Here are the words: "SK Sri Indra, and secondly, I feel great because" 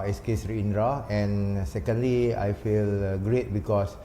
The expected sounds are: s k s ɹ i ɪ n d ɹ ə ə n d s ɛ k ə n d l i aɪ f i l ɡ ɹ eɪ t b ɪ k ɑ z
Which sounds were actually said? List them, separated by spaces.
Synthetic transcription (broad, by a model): s k s ɹ i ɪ n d ɹ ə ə n s ɛ k ə n d l i aɪ f i l ɡ ɹ eɪ t b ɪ k ɑ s